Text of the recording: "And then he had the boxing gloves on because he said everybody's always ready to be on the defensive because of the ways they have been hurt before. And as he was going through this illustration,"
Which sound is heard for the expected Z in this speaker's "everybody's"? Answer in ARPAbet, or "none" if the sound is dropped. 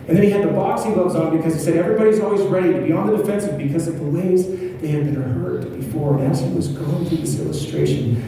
Z